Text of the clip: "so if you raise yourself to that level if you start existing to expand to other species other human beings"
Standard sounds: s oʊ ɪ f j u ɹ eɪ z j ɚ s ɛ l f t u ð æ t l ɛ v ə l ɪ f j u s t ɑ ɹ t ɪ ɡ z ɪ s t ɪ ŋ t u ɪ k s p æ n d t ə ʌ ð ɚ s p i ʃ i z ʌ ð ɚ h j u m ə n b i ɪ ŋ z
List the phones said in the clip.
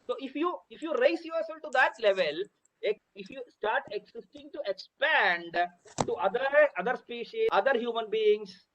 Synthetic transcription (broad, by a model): s oʊ ɪ f j u ɹ eɪ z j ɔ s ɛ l t u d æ t l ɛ v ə l ɪ f j u s t ɑ ɹ t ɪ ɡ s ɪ s t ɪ ŋ t u ɪ k s p æ n d t ə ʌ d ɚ s p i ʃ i ʌ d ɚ h j u m ə n b i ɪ ŋ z